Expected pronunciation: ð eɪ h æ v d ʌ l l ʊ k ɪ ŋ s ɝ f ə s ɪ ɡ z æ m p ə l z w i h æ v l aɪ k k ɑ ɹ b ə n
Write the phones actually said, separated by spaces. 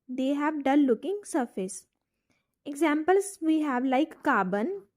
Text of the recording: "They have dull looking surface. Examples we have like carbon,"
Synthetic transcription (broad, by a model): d eɪ h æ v d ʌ n l ʊ k ɪ ŋ s ɝ f ə s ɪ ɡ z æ m p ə l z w i h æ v l aɪ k k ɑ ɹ b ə n